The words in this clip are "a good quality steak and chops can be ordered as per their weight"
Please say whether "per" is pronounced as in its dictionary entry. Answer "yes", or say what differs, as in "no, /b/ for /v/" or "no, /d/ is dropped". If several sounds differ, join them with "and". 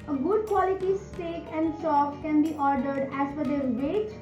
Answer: no, /f/ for /p/